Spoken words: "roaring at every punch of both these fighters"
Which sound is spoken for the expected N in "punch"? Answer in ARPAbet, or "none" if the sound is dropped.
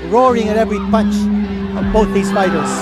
N